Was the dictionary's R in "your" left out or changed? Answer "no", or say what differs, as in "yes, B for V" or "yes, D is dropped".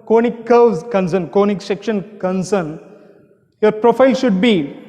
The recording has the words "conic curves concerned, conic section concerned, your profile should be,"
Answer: no